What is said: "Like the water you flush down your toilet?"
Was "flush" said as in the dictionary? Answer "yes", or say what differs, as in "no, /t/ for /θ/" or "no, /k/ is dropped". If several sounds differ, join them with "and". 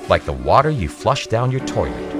yes